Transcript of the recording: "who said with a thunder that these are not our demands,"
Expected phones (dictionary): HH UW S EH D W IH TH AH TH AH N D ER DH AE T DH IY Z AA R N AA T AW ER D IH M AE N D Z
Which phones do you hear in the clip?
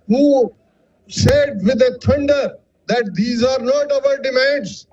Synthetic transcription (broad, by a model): HH UW S EH D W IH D AH T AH N D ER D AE T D IY Z AA R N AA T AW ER D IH M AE N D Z